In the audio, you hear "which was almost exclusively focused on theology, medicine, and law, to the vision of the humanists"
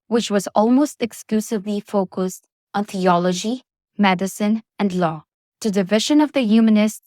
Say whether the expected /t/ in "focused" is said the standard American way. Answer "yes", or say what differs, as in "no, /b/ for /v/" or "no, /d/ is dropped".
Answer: yes